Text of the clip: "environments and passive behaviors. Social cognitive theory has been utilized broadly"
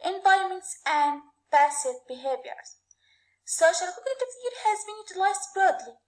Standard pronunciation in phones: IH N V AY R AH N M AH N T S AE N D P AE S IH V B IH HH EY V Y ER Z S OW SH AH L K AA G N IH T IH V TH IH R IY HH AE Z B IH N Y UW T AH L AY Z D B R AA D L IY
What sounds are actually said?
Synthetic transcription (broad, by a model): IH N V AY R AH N M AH N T S AE N D P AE S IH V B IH HH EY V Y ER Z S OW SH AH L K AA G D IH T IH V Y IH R HH AE Z B IH N Y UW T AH L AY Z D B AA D L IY